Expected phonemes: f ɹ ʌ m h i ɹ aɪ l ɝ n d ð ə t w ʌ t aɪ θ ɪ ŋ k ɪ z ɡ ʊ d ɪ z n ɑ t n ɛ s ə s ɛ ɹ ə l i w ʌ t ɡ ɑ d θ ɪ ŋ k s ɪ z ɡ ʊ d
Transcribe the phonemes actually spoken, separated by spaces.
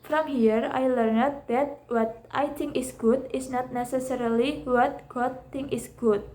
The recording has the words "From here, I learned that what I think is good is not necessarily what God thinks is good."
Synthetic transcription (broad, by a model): f ɹ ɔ m h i ɹ aɪ l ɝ n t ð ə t w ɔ t aɪ t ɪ ŋ k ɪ s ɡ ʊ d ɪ s n ɑ t n ɛ s ə s ɛ ɹ ə l i w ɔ t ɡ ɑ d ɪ ŋ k ɪ s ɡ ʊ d